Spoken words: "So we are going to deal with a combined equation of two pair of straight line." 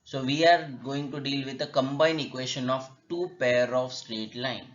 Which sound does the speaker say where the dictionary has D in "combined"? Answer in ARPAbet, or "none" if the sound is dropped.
none